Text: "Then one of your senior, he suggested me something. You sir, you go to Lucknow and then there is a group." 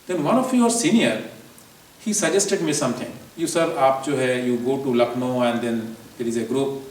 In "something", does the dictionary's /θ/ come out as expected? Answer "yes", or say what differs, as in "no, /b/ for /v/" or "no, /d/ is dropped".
no, /t/ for /θ/